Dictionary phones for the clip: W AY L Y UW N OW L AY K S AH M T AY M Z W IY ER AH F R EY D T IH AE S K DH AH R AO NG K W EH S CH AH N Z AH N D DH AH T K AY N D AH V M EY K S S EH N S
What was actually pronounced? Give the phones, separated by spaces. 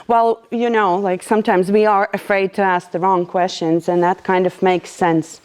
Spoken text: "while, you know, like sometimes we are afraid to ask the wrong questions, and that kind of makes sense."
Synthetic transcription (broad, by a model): W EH L Y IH N OW L AY K S AH M T AY M Z W IY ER AH F R EY D T IH AE S K DH AH R AO NG K W EH S CH AH N Z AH N DH AH T K AY N D AH V M EY K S S EH N S